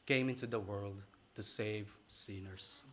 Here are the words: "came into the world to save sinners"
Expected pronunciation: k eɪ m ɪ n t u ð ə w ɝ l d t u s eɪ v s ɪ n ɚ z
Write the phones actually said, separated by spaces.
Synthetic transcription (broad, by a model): k eɪ m ɪ n t u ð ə w ɝ l d t u s eɪ v s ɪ n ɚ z